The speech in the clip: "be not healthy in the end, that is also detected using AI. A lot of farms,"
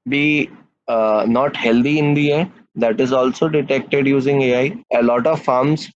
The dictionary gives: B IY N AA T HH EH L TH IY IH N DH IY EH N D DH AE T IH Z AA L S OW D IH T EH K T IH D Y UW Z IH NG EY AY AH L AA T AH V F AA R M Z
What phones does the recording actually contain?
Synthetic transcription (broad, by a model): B IY N AA T HH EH L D IY IH N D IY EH D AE T IH Z AA L S OW D IH T EH K T IH D Y UW Z IH NG EY AY AH L AA T AH V F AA R M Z